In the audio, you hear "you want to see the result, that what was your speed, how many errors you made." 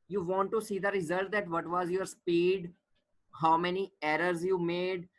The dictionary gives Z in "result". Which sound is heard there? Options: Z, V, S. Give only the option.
Z